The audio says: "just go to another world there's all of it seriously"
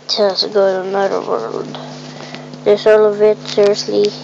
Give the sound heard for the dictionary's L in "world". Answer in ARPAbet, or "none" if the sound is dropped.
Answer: L